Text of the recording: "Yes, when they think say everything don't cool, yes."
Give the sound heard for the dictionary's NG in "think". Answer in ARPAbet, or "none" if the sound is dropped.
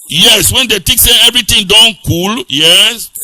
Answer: none